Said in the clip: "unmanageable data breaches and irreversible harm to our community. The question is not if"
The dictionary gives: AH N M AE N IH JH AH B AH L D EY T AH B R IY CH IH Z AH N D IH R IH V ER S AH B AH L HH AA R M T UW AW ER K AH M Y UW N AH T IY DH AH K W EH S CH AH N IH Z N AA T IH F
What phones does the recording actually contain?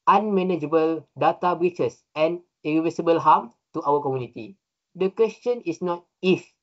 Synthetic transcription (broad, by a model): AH N M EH N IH JH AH B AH L D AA T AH B R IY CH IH S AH N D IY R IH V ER S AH B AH L HH AA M T UW AW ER K AH M Y UW N AH T IY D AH K W EH S CH AH N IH S N AA T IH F